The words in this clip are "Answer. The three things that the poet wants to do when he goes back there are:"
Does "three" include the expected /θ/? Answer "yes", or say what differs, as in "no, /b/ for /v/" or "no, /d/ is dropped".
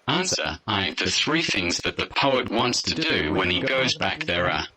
yes